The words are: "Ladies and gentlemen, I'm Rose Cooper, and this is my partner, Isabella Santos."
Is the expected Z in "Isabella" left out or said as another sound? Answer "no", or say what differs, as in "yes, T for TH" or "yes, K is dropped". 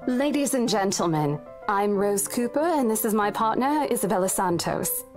no